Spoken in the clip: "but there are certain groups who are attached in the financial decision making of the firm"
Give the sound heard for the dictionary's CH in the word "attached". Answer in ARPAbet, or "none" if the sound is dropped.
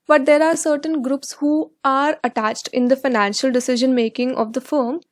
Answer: CH